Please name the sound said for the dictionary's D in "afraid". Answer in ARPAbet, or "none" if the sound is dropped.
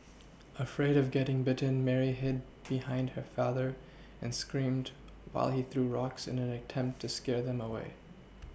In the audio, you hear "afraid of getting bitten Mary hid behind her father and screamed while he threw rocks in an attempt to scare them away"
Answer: D